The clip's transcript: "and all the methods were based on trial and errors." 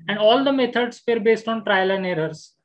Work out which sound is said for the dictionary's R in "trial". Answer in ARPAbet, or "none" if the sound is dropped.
R